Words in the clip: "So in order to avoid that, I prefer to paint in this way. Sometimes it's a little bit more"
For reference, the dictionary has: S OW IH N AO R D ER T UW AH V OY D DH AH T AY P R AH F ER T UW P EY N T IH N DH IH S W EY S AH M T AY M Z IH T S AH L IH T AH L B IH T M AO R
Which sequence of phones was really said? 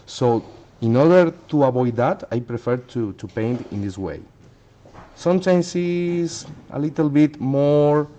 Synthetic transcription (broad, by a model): S OW IH N AO R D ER T UW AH B OY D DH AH T AY P R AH F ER T UW P EY N T IH N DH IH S W EY S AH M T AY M S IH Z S AH L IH T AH L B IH T M AO R